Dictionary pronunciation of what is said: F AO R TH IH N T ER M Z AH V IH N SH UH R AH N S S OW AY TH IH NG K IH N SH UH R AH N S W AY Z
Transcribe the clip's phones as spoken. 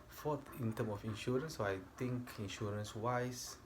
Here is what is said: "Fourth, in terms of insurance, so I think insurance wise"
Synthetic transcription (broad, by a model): F AO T IH N T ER M AH F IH N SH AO R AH N S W AY T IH NG K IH N SH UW R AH N S W AY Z